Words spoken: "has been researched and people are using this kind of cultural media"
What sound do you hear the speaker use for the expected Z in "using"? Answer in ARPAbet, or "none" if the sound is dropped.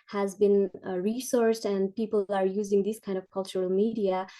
Z